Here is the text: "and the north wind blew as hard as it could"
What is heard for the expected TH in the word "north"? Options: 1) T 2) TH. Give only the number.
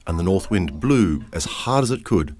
2